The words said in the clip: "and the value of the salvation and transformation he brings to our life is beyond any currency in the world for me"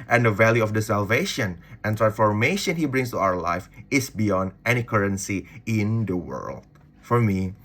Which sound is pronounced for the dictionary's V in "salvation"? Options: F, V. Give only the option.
V